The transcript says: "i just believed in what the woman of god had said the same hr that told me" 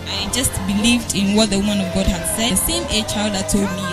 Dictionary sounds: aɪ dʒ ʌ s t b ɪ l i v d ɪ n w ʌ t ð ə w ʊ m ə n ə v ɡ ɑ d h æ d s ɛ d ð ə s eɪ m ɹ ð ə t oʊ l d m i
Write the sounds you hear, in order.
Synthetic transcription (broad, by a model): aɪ dʒ ʌ s t b ɪ l i v d ɪ n w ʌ t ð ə w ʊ m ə n ə v ɡ ɑ d h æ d s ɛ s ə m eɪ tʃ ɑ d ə t oʊ l d m i